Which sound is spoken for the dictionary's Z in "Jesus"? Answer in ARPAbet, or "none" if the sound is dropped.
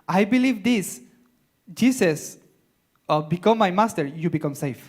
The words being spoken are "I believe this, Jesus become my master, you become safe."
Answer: S